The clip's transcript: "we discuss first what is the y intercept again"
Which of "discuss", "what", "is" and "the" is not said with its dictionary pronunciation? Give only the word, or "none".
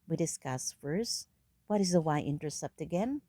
none